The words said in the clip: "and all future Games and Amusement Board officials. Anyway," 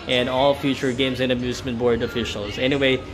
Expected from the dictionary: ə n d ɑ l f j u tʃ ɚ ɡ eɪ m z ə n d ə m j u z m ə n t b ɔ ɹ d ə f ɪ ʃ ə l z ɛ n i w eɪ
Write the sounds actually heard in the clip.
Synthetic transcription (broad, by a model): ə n ɑ l f j u tʃ ɚ ɡ eɪ m z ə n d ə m j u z m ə n b ɔ ɹ d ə f ɪ ʃ l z ɛ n i w eɪ